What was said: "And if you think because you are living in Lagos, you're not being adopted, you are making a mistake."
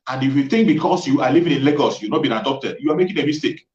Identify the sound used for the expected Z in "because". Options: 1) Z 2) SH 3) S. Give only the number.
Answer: 3